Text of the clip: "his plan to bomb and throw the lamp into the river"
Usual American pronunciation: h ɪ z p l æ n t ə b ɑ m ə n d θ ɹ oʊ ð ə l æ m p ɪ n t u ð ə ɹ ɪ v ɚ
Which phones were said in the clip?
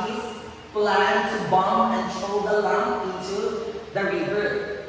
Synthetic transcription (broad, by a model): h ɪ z p l æ n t b ɑ m ə n d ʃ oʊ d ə l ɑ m ɪ n t u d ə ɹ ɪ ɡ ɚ